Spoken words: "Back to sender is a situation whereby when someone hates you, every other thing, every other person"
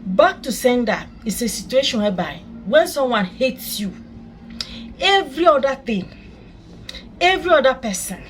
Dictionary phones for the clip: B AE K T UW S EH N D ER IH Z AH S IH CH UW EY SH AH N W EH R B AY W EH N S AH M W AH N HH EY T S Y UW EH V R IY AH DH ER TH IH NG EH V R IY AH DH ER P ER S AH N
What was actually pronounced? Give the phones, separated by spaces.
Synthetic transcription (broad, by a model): B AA K T UW S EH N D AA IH S AH S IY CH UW EY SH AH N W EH B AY W EH N S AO M W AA N HH EY T S Y UW EH V R IY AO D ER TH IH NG EH V R IY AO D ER P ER S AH N